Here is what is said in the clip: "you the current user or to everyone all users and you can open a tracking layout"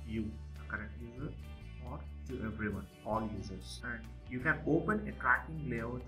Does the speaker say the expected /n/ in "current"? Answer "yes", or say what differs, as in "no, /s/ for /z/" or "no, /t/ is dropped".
no, /n/ is dropped